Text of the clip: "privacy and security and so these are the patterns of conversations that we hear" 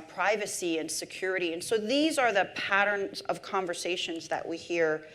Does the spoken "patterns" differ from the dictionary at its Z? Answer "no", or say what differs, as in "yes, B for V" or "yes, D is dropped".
no